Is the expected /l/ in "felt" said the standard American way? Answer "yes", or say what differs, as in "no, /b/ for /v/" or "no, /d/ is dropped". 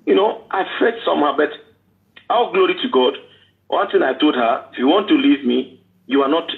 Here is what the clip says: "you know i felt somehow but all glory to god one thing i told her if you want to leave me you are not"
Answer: no, /l/ is dropped